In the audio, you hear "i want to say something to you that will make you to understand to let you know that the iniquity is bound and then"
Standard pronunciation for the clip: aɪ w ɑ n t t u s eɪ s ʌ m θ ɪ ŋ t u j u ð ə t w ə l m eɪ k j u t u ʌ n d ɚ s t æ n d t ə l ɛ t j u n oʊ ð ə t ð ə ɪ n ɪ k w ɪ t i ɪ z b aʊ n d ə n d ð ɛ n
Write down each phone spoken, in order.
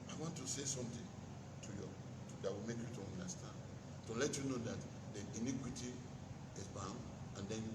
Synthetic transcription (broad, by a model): aɪ w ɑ n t t u s eɪ s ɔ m t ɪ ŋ t u j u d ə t w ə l m eɪ k j u t u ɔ n d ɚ s t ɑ n d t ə l ɛ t j u n oʊ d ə t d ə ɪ n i k w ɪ t i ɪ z b aʊ n d ə n d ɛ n